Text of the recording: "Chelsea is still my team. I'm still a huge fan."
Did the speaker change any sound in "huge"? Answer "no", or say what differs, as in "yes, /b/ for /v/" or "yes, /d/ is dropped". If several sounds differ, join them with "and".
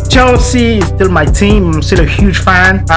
yes, /ʒ/ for /dʒ/